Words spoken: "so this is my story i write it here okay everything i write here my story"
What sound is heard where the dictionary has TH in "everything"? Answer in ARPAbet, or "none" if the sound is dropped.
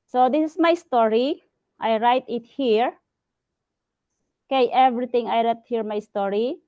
T